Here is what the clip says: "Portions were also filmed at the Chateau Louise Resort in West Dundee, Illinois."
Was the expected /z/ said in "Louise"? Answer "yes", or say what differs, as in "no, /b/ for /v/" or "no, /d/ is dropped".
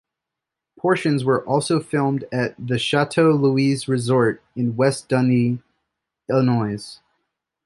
yes